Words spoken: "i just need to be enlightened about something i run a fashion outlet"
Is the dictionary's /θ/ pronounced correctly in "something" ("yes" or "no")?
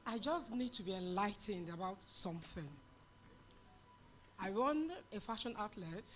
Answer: yes